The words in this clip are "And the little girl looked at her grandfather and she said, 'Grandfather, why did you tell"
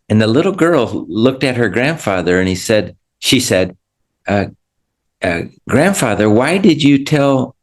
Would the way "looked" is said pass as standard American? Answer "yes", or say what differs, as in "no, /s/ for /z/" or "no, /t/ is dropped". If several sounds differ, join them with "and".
yes